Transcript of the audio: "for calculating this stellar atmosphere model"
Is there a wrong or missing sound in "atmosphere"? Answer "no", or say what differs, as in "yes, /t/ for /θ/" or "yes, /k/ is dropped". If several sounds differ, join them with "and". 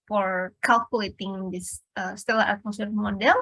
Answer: yes, /f/ is dropped